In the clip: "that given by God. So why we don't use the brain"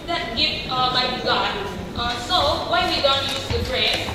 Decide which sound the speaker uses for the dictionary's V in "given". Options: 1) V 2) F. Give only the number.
2